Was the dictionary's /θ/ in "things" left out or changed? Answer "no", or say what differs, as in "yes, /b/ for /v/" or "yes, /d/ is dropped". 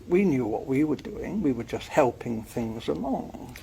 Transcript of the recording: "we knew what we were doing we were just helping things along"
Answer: no